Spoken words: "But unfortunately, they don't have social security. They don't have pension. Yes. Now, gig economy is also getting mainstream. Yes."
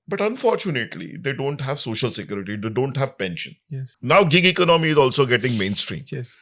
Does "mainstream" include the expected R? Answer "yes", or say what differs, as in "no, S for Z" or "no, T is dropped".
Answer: yes